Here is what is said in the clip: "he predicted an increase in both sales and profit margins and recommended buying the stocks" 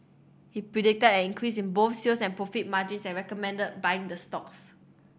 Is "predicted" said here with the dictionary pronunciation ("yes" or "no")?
yes